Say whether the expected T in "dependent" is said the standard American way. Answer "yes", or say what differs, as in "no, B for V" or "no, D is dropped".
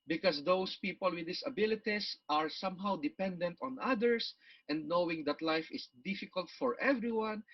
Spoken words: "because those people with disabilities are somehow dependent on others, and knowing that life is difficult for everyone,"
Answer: yes